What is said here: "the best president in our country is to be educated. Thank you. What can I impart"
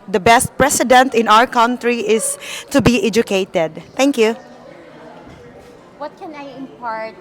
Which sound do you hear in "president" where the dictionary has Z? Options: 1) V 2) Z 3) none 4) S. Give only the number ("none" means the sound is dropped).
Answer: 4